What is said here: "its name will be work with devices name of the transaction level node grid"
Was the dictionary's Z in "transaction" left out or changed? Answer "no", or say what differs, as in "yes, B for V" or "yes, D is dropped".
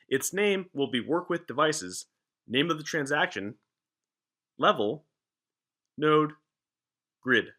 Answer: no